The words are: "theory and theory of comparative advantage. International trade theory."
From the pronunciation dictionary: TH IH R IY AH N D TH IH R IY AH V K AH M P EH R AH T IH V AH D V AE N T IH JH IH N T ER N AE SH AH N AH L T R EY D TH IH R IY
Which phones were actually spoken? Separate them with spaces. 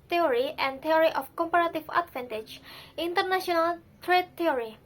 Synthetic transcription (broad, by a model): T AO R IY AH N D T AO R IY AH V K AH M P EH R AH T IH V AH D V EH N T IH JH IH N T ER N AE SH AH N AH L T R EY D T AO R IY